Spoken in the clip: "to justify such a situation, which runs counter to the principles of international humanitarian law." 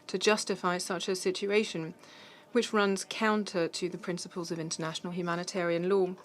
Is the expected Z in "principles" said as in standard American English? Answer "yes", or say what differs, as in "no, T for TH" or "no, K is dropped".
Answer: yes